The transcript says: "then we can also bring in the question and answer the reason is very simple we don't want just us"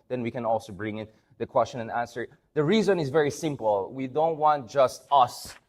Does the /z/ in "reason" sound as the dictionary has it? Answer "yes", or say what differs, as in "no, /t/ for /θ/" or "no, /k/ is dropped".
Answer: yes